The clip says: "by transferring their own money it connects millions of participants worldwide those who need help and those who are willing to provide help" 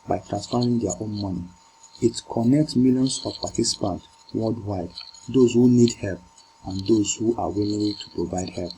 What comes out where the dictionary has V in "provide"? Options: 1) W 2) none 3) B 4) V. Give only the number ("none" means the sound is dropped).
4